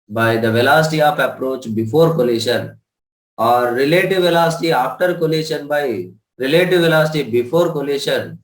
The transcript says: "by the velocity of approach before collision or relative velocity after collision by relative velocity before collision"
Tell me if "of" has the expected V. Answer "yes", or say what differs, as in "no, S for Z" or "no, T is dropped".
no, P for V